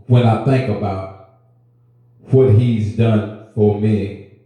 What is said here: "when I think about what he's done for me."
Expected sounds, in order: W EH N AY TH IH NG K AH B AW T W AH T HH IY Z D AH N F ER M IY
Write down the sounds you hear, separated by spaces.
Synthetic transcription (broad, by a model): W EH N AY TH IH NG K AH B AW T W AH T HH IY Z D AH N F ER M IY